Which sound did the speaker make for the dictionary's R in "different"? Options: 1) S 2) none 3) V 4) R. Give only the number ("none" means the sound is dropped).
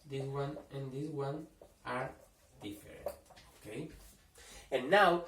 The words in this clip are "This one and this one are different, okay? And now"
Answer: 2